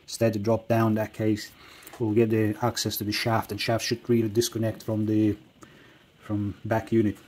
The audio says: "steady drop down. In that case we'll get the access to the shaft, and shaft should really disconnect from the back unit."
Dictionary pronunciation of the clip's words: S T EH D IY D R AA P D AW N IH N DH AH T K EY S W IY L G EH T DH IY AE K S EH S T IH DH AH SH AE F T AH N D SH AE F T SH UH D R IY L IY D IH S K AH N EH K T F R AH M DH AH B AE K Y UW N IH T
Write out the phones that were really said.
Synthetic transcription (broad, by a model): S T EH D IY D R AA P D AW IH N DH AH T K EY S W IY L G EH T DH IY AE K S EH S T IH DH AH SH AE F T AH N SH AE F T SH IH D R IY L IY D IH S K AH N EH K T F R AH M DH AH B AE K Y UW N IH T